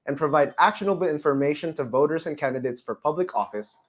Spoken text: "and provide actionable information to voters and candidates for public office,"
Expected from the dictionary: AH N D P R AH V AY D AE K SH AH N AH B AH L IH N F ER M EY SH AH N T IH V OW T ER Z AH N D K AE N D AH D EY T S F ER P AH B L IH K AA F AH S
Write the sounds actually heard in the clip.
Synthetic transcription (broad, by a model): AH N P R AH V AY D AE K SH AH N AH B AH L IH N F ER M EY SH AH N T IH V OW T ER Z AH N K AE N D AH D EY T S F ER P AH B L IH K AA F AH S